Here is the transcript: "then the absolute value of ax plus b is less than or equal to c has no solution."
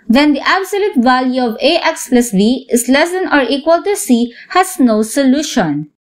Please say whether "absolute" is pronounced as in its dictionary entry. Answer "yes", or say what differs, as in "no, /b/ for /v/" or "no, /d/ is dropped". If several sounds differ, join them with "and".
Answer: yes